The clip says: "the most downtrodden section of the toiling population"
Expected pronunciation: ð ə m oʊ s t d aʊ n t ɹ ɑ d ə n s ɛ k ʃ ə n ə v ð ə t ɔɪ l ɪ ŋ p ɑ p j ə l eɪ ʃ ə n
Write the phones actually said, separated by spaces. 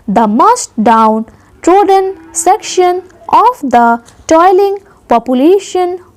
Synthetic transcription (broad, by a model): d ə m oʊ s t d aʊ n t ɹ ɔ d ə n s ɛ k ʃ ə n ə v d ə t ɔɪ l ɪ ŋ p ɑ p j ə l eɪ ʃ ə n